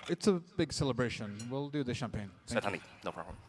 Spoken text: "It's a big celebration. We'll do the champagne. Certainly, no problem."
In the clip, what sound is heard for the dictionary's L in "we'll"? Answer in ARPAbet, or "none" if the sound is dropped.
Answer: L